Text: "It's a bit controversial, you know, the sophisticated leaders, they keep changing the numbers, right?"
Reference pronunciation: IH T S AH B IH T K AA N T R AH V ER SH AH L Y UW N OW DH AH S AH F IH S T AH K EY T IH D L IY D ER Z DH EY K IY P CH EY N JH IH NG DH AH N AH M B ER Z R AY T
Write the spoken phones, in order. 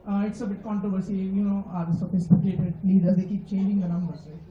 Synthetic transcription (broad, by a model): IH T S AH B IH T K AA N T R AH V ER S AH Y UW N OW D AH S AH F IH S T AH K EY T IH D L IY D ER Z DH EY K IY P CH EY N JH IH NG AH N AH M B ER R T